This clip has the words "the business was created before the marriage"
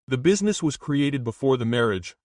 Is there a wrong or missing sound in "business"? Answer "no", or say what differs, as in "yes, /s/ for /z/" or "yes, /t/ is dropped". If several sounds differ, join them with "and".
no